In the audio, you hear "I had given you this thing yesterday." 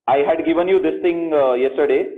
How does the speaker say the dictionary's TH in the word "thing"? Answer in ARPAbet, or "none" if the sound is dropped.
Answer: T